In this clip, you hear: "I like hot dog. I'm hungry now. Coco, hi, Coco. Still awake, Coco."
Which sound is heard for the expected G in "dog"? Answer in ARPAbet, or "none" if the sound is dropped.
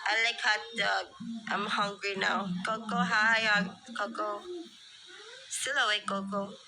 none